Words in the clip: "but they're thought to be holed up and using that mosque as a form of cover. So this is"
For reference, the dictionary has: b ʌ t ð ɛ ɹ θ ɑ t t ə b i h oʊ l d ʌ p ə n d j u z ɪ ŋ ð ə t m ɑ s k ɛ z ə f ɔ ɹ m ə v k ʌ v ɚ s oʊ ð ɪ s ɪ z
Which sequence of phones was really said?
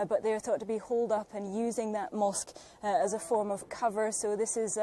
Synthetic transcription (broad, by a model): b ʌ t ð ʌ ɹ θ ɑ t t ə b i h oʊ l d ʌ p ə n j u z ɪ ŋ ð ə t m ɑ s k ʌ z ə f ɔ ɹ m ə v k ʌ v ɚ s oʊ ð ɪ s ɪ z